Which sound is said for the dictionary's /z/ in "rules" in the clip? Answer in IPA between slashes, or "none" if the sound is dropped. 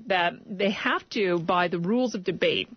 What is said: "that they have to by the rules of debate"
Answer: /z/